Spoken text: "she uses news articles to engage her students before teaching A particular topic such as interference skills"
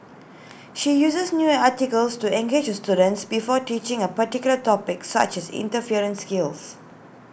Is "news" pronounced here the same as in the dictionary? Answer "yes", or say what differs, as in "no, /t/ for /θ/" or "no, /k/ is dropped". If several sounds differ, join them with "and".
no, /z/ is dropped